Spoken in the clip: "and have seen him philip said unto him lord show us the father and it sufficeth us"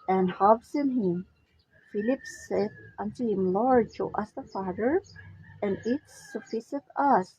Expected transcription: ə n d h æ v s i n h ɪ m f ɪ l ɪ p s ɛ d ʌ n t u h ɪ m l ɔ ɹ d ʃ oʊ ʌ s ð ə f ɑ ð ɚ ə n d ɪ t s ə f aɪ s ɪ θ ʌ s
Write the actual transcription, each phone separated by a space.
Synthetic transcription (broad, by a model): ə n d h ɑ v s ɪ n h ɪ m f ɪ l ɪ p s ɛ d ʌ n t u h ɪ m l ɔ ɹ d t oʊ ʌ s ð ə f ɑ ð ɚ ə n ɪ t s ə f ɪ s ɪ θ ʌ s